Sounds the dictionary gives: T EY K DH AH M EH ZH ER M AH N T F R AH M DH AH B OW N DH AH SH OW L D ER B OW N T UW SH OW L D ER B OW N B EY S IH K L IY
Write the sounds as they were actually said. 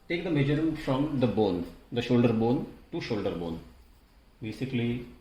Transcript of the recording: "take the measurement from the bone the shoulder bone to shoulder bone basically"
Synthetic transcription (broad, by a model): T EY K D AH M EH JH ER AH T F R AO M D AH B OW N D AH SH OW L D ER B OW N T UW SH OW L D ER B OW N B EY S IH K L IY